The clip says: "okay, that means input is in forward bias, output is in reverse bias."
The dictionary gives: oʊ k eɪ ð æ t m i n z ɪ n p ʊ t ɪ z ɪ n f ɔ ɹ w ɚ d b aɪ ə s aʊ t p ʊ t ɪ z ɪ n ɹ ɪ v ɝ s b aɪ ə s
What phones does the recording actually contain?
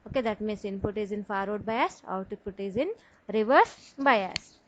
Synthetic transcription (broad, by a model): oʊ k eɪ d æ t m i n s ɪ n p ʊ t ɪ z ɪ n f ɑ ɹ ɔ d b aɪ ə s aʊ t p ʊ t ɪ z ɪ n ɹ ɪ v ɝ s b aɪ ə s